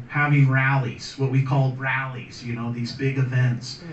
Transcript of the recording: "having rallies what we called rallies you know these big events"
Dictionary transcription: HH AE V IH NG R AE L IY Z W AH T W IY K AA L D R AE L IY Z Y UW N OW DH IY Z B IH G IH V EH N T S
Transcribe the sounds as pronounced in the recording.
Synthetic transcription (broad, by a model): HH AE V IH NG R AE L IY Z W AH T W IY K AA L D R AE L IY Z Y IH N OW DH IY Z B IH G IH V EH N T S